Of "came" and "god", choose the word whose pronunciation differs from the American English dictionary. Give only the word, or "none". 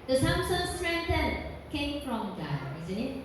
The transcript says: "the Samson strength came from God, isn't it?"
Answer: god